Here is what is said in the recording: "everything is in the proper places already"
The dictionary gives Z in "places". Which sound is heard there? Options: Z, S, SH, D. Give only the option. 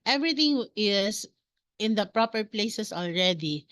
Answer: S